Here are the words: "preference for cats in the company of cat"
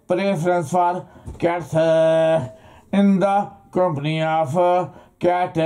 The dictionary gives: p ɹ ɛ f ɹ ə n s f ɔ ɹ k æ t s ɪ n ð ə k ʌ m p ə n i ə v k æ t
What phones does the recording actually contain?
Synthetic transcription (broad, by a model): p ɹ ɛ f ɹ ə n s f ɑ ɹ k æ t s ɪ n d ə k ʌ m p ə n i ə p k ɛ t